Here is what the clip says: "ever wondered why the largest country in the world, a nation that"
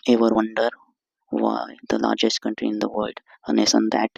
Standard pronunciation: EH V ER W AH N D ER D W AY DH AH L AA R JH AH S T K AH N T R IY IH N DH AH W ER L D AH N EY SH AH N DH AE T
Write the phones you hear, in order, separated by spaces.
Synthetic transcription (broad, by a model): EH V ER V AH N D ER D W AY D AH L AA R JH AH S T K AH N T R IY IH N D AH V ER L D AH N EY S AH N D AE T